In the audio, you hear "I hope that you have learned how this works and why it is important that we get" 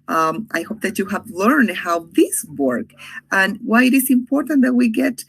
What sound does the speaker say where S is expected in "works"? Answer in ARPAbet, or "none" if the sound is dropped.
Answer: none